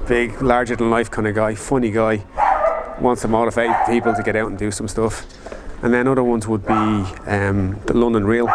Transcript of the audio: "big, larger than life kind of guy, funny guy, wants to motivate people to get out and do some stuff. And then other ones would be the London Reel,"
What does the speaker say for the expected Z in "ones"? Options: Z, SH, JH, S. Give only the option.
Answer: Z